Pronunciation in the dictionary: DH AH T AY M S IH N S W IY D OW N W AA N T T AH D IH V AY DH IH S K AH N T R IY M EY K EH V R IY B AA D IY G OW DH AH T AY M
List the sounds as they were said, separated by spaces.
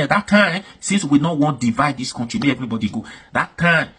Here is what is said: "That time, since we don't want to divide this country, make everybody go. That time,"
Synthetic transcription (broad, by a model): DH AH T AY M S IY N S W IY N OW W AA N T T D IH V AY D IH S K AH N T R IY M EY EH V R IY B AA D IY G OW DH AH T AY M